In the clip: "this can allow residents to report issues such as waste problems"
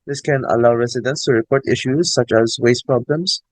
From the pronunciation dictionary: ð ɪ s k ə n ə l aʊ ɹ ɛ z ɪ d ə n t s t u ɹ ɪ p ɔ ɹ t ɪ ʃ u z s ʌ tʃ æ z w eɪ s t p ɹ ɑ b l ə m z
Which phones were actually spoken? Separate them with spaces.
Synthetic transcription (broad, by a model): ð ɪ s k ə n ə l aʊ ɹ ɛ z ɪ d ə n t s t u ɹ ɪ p ɔ ɹ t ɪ ʃ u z s ʌ tʃ æ z w eɪ s t p ɹ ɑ b l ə m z